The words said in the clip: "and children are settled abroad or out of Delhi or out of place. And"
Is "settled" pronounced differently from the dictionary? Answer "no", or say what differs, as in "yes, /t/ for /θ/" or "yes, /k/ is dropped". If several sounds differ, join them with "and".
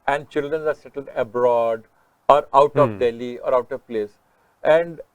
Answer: no